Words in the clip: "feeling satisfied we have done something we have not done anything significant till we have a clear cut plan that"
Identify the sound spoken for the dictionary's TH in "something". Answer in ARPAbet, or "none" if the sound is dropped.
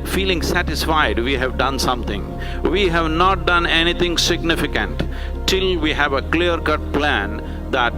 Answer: T